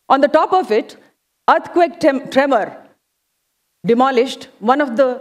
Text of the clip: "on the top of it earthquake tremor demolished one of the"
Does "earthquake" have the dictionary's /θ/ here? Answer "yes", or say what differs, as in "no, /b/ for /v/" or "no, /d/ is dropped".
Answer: no, /t/ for /θ/